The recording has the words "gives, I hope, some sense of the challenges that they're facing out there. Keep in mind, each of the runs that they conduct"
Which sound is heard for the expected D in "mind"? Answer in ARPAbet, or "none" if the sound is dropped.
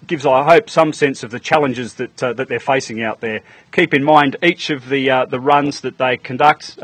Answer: D